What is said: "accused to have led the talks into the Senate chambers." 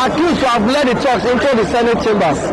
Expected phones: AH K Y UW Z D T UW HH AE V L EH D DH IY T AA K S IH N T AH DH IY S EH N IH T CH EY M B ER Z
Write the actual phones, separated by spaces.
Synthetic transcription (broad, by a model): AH K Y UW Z T UW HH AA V L EH D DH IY T AA K S IH N T AH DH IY S EH N IH T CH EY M B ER